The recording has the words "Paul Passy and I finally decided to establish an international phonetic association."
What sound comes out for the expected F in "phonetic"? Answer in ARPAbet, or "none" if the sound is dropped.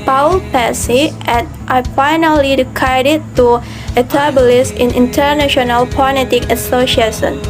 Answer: P